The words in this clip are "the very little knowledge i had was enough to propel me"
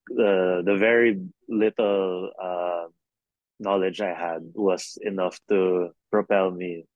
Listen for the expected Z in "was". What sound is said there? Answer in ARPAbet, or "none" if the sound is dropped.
S